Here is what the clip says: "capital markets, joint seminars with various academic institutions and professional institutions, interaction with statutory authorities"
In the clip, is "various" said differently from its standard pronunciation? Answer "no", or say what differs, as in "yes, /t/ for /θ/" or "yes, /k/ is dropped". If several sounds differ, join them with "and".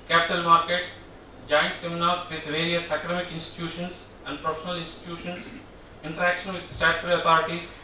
no